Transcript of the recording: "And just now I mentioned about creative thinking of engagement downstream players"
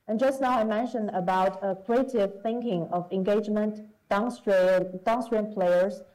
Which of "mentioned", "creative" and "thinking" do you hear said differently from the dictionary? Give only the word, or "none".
none